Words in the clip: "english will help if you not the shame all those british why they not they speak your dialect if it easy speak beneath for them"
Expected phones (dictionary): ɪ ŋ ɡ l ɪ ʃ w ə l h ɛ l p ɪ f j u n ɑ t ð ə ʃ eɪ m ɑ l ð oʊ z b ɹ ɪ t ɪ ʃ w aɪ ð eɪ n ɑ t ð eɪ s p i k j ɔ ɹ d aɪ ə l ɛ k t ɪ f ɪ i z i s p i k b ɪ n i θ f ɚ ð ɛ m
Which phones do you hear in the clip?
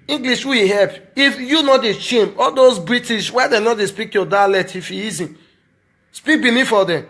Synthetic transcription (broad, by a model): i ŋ ɡ l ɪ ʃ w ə w h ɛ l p ɪ f j u n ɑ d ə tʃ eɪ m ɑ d oʊ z b ɹ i t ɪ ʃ w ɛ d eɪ n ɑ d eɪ s p i k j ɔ d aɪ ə l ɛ t ɪ f ɪ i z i s p i k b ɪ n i f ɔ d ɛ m